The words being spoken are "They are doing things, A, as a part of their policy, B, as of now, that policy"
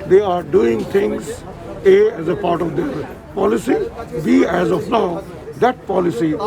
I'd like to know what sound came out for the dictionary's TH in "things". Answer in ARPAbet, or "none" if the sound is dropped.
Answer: T